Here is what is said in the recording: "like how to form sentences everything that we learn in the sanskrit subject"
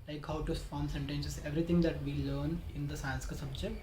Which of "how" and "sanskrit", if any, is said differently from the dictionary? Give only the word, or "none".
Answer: sanskrit